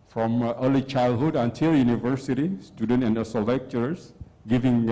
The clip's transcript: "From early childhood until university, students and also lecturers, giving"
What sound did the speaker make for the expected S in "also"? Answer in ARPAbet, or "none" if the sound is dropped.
none